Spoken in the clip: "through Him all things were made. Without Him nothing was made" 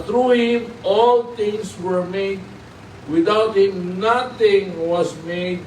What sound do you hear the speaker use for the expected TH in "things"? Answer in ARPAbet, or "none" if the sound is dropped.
T